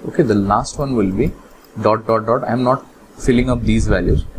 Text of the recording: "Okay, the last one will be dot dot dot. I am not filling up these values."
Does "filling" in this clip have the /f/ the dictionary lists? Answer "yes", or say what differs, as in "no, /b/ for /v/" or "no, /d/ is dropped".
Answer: yes